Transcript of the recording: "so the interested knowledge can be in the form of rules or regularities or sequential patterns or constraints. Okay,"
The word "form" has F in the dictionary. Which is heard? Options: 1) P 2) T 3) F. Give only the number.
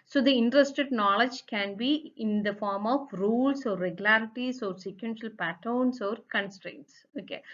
3